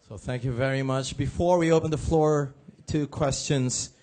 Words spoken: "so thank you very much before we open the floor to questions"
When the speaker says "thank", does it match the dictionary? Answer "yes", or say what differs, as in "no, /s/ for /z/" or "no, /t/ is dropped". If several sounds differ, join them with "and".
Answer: yes